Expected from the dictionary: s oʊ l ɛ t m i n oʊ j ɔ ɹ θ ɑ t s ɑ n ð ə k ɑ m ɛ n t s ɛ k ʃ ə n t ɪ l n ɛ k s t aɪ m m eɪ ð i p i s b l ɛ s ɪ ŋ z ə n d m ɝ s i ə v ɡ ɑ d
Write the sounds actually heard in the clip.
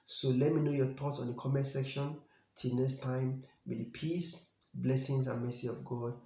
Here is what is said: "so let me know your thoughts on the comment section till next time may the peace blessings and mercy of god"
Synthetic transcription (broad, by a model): s oʊ l ɛ t m i n oʊ j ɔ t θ ɑ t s ɑ n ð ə k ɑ m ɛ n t s ɛ k ʃ ə n t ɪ l n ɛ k s t aɪ m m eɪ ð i p i s b l ɛ s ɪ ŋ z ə n m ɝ s i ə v ɡ ɑ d